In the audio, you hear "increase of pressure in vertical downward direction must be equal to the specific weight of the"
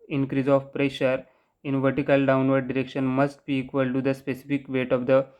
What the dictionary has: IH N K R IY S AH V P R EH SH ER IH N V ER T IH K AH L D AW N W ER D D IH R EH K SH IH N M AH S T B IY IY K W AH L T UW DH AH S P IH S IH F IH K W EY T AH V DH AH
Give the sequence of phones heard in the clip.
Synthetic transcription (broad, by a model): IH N K R IY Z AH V P R EH SH ER IH N V ER T IH K AH L D AW N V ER D D IH R EH K SH IH N M AH S T B IY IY K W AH L T UW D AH S P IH S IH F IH K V EY T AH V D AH